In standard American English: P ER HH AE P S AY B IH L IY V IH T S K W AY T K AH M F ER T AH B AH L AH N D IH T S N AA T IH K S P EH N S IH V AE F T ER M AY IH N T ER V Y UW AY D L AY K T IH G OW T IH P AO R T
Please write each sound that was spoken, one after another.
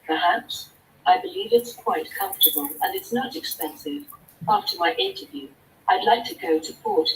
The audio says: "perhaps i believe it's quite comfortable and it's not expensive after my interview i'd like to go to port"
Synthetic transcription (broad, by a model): P ER HH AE P S AY B IH L IY V IH T S K W AY T K AH M F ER T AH B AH L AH N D IH T S N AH T IH K S P EH N S IH V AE F T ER M AY IH N T ER V Y UW AY D L AY K T IH G OW T IH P AO R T